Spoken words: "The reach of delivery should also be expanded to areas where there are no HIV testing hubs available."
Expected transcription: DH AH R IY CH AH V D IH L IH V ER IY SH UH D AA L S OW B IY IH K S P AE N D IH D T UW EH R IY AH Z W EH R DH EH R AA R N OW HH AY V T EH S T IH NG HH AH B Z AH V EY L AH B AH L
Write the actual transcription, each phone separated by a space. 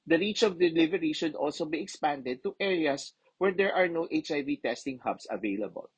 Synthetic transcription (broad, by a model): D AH R IY CH AH V D IH L IH V ER IY SH UH D AA L S OW B IY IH K S P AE N D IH D T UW EH R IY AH S W EH R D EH R AA R N OW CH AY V T EH S T IH NG HH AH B S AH V EY L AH B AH L